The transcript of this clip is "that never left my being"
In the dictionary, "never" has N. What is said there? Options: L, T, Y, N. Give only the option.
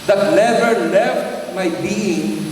L